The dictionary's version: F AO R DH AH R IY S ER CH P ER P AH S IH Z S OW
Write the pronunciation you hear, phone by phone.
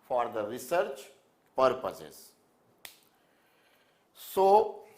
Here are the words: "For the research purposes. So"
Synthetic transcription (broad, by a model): F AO R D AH R IY S ER CH P ER P AH S IH Z S OW